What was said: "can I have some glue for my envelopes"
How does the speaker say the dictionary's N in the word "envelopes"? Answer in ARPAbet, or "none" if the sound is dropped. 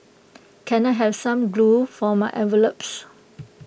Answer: none